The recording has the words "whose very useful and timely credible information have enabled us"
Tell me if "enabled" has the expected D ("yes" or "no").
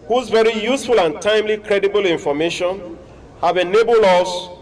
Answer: no